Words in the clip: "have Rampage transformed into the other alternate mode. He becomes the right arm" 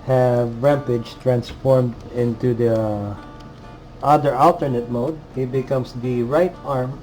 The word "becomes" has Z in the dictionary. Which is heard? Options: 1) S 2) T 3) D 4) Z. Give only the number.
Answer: 1